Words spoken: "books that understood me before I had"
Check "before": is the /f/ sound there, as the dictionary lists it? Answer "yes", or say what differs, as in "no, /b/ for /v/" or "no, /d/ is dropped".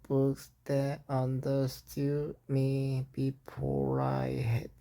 no, /p/ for /f/